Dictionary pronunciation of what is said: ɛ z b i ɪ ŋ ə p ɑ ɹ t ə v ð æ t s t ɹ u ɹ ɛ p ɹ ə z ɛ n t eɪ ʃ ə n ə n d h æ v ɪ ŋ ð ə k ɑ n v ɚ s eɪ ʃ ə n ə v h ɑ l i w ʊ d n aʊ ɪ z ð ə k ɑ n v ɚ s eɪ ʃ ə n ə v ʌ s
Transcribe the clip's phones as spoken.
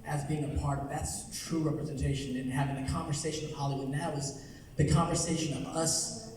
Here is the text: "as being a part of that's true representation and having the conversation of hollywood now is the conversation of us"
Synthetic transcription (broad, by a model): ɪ z b i ɪ ŋ ə p ɑ ɹ t ə v ð æ t s t ɹ u ɹ ɛ p ɹ ə z ɛ n t eɪ ʃ ə n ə n h æ v ɪ ŋ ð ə k ɑ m v ɚ s eɪ ʃ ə n ə v h ɑ l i w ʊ d n aʊ ɪ z ð ə k ɑ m v ɚ s eɪ ʃ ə n ə v ʌ s